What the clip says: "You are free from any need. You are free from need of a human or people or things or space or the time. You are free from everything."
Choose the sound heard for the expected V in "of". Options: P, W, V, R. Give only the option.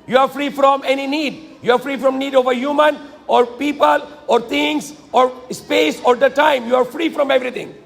V